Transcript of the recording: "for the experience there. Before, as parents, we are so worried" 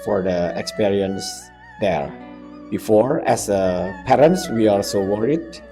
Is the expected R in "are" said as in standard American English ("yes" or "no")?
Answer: no